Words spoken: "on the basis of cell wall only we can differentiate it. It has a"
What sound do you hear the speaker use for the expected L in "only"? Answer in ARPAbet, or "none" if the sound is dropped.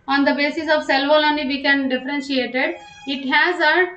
none